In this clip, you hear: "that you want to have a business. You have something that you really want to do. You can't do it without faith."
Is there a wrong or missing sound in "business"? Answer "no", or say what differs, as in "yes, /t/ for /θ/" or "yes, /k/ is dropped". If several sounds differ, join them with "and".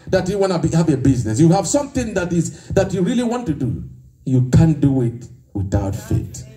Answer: no